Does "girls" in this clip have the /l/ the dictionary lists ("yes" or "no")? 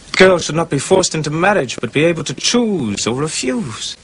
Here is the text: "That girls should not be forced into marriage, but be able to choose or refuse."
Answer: yes